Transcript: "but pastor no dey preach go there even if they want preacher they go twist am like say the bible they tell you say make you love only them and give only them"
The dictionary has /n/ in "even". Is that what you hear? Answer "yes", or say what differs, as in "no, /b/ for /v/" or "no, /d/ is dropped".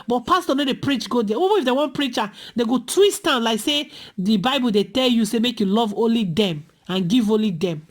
no, /n/ is dropped